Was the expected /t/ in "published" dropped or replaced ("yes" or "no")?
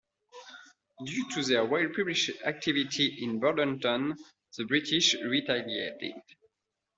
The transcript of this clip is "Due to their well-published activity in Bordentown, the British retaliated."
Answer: yes